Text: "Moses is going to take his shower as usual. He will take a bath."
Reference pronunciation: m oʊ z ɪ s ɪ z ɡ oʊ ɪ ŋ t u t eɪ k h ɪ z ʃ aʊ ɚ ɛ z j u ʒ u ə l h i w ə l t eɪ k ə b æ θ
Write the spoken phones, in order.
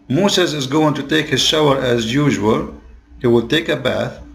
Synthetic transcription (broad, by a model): m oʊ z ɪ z ɪ z ɡ oʊ ɪ ŋ t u t eɪ k h ɪ z ʃ aʊ ɚ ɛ z j u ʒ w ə l h i w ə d t eɪ k ə b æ θ